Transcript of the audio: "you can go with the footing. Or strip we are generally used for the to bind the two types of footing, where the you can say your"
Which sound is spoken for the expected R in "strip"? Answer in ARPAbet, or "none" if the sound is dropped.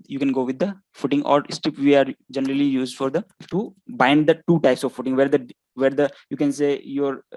none